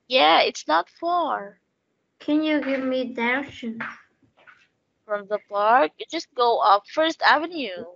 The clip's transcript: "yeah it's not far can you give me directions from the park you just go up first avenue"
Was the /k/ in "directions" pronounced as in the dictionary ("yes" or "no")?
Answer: no